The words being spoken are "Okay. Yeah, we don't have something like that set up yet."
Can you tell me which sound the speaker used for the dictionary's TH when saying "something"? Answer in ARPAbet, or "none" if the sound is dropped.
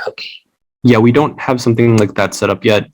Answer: TH